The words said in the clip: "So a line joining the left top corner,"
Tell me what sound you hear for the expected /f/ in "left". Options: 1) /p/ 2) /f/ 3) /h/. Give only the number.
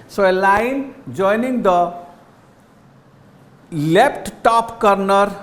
1